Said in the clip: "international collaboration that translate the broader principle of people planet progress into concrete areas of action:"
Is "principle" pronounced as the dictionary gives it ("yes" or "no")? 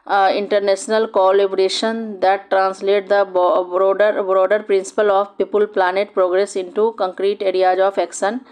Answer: yes